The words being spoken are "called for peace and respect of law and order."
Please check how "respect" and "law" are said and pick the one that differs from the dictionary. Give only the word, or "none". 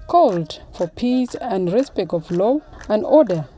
respect